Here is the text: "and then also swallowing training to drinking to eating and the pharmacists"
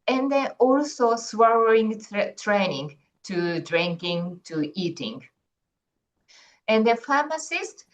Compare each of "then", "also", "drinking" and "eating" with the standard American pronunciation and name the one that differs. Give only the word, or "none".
then